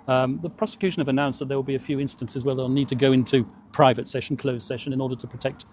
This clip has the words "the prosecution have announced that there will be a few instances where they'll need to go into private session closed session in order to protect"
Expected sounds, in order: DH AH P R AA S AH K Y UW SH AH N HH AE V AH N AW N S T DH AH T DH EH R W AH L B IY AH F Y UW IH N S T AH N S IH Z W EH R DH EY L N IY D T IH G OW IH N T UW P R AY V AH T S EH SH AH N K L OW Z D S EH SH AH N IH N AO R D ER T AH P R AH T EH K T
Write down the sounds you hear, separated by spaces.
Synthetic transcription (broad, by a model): DH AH P R AA S AH K Y UW SH AH N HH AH V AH N AW N S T DH AH T DH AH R W AH L B IY AH F Y UW IH N S T AH N S IH Z W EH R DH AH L N IY D T IH G OW IH N T UW P R AY V AH T S EH SH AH N K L OW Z S EH SH AH N IH N AO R D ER T AH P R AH T EH K T